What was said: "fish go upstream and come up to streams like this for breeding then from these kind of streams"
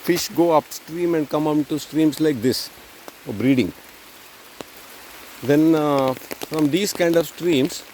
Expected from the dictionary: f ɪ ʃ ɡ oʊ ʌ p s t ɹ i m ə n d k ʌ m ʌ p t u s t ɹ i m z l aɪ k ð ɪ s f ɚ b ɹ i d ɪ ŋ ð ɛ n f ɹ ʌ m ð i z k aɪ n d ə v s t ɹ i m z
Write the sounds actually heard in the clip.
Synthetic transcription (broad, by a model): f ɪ ʃ ɡ oʊ ʌ p s t ɹ i m ə n d k ʌ m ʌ t u s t ɹ i m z l aɪ k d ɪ s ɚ b ɹ i d ɪ ŋ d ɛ n f ɹ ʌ m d i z k aɪ n d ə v s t ɹ i m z